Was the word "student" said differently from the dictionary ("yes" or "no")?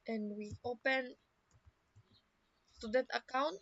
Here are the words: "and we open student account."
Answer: yes